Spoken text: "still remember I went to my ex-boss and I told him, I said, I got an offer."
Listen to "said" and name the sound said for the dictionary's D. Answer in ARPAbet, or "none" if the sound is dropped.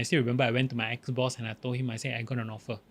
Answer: none